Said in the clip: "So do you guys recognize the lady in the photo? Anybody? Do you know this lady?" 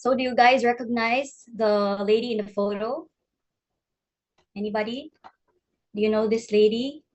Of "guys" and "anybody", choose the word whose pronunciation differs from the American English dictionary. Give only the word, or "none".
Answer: none